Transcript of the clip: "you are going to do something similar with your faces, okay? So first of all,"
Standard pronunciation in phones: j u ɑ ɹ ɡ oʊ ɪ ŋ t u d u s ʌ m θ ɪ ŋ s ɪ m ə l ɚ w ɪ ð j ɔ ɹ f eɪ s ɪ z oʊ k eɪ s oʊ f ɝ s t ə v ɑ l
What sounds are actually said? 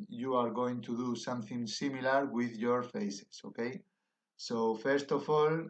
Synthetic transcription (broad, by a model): j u ɑ ɹ ɡ oʊ ɪ ŋ t u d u s ʌ m θ ɪ ŋ s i m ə l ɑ w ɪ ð j ɔ ɹ f eɪ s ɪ s oʊ k eɪ s oʊ f ɝ s t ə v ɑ l